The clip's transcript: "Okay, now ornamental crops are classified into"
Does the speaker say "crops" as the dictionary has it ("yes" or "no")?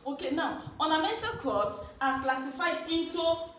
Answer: no